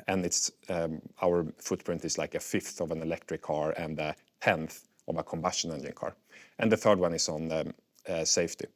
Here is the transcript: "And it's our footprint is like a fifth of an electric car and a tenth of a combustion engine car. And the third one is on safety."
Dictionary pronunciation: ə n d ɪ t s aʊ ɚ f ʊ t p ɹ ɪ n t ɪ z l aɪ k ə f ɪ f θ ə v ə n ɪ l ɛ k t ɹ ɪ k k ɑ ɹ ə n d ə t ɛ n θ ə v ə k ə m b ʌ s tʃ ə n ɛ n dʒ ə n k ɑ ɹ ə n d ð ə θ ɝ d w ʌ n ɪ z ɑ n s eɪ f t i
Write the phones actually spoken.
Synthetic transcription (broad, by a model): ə n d ɪ t s aʊ ɚ f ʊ t p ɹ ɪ n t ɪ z l aɪ k ə f ɪ f θ ə v ə n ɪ l ɛ k t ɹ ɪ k k ɑ ɹ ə n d ə t ɛ n θ ə v ə k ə m b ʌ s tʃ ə n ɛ n dʒ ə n k ɑ ɹ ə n ð ə θ ɝ d w ʌ n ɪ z n s eɪ f t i